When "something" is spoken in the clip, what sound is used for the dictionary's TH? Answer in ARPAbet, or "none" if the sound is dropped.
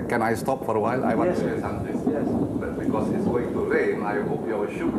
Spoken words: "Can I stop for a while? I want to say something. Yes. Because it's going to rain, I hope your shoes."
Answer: T